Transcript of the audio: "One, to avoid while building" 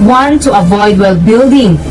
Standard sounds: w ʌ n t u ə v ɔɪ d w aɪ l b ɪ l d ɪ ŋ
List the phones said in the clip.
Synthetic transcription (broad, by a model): w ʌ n t u ə v ɔɪ d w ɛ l b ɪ l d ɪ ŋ